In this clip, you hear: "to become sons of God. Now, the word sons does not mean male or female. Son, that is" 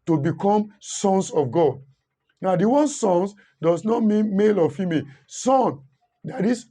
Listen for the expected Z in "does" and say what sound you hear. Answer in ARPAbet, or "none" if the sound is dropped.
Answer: S